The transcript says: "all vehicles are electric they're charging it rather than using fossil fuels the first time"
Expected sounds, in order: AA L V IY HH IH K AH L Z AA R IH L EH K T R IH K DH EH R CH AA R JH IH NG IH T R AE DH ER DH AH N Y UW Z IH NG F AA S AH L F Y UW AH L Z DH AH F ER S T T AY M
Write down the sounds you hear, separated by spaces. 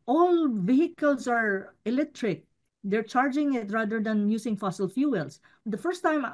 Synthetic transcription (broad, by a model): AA L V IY HH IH K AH L S AA R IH L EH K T R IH K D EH R CH AA R JH IH NG IH T R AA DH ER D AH N Y UW S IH NG F AA S AH L F Y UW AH L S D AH F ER S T T AY M